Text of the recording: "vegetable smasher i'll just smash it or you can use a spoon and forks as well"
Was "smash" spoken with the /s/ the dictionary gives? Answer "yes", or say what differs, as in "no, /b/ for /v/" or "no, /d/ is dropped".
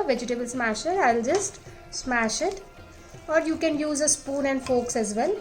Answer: yes